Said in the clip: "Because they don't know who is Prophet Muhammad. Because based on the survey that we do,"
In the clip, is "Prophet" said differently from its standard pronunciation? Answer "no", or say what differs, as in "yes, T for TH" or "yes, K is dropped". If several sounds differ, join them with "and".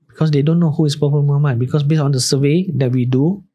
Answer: yes, P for F